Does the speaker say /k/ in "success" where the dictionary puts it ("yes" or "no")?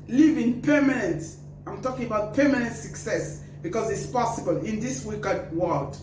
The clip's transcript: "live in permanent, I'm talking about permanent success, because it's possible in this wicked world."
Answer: yes